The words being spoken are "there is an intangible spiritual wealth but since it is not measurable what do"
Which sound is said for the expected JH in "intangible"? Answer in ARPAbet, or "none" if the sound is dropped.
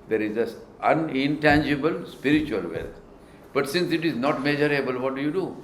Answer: JH